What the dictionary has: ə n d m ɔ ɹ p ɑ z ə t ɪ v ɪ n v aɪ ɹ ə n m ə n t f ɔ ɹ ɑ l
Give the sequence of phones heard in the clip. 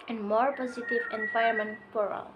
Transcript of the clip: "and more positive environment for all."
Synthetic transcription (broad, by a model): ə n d m ɔ ɹ p ɑ z ə t ɪ v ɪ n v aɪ ə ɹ m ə n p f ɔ ɹ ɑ l